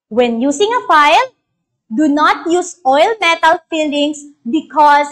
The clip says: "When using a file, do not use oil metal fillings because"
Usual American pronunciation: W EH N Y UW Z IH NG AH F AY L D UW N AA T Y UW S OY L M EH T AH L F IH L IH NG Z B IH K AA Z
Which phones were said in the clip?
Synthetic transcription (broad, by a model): W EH N Y UW S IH NG AH F AY L D UW N AA T Y UW S OY L M EH T AH L F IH L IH NG S B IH K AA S